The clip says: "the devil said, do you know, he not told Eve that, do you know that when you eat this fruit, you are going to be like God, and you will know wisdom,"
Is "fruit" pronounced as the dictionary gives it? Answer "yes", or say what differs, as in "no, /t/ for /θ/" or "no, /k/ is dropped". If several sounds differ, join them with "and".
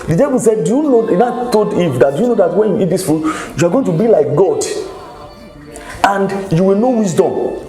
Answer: no, /ɹ/ is dropped